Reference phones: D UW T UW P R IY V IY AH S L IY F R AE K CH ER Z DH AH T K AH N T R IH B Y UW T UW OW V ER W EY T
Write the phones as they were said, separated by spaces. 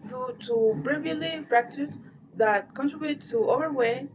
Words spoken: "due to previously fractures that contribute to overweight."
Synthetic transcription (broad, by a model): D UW T UW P R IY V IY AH L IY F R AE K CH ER S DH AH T K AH N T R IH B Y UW T UW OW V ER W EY